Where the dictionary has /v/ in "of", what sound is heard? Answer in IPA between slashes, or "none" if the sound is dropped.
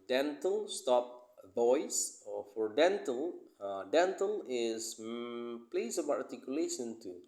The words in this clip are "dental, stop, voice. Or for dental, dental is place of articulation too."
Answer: /b/